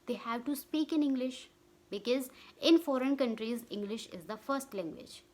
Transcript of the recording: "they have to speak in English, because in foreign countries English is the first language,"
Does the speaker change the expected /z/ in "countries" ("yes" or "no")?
no